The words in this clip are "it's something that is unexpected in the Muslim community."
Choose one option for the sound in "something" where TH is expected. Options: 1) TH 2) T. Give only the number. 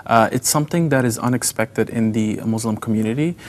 1